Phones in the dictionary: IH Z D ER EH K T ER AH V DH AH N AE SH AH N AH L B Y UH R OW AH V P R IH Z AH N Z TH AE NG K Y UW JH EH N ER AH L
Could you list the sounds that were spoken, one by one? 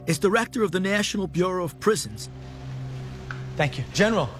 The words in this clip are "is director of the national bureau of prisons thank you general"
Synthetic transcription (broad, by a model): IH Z D ER EH K T ER AH V DH AH N AE SH AH N AH L B Y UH R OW AH V P R IH Z AH N Z TH AE NG K Y UW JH EH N ER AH L